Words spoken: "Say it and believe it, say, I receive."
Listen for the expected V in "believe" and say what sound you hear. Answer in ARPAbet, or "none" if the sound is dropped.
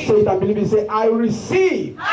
B